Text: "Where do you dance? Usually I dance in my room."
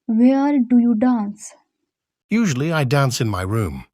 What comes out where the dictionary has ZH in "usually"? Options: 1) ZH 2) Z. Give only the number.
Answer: 1